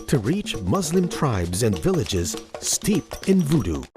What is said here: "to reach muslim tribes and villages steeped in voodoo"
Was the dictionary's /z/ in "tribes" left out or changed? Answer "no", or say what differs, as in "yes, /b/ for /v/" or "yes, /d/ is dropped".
no